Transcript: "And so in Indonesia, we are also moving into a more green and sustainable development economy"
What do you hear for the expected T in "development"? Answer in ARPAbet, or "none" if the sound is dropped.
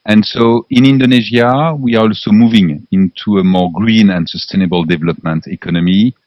T